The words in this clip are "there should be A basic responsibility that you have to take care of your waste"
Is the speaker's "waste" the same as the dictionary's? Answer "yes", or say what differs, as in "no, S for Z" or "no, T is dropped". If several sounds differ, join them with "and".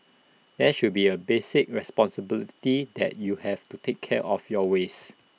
no, T is dropped